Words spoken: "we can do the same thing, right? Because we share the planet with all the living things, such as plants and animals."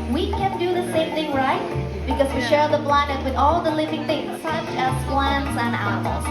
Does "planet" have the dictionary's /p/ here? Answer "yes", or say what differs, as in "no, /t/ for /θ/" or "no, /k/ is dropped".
no, /b/ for /p/